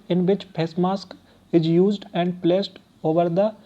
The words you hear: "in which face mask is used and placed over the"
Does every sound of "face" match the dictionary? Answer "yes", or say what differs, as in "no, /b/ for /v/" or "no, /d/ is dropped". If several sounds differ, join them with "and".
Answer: no, /p/ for /f/